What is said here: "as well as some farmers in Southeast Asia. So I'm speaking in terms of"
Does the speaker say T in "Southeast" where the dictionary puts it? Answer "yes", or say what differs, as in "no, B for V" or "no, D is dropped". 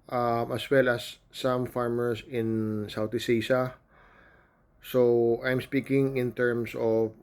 no, T is dropped